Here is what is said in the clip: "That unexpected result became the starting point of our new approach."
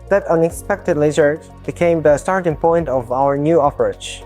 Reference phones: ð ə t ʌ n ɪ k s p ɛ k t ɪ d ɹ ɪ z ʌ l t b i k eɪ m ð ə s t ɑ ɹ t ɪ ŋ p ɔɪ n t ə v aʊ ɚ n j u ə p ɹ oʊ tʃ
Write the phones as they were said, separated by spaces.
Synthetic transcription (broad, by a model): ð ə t ʌ n ɪ k s p ɛ k t ɪ d l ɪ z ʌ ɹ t b i k eɪ m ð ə s t ɑ ɹ t ɪ ŋ p ɔɪ n t ə v aʊ ɚ n j u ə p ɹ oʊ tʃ